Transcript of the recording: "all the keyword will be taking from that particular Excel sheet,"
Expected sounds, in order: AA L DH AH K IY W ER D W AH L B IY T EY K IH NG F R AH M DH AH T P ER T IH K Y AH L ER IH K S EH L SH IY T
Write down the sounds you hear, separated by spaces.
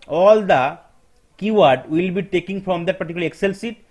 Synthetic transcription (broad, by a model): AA L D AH K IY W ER D W AH L B IY T EY K IH NG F R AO M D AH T P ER T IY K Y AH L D IH K S EH L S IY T